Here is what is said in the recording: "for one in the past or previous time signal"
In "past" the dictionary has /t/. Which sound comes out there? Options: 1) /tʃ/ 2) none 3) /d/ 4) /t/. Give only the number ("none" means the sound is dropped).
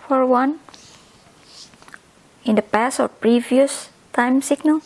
2